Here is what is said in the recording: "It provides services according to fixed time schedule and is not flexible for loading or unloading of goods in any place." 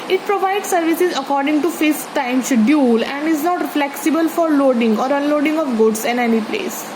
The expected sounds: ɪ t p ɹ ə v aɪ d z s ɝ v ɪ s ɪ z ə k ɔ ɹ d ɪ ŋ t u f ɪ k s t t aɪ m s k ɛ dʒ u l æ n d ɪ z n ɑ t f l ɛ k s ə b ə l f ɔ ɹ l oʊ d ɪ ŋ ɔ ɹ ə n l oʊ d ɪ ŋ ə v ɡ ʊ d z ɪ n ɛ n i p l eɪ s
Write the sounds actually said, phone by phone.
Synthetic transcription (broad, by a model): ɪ t p ɹ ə v aɪ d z s ɝ v ɪ s ɪ z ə k ɔ ɹ d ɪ ŋ t u f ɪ s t t aɪ m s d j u l æ n d ɪ z n ɑ t f l ɛ k s ə b ə l f ɔ ɹ l oʊ d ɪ ŋ ɔ ɹ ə n l oʊ d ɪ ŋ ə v ɡ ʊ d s ɪ n ɛ n i p l eɪ s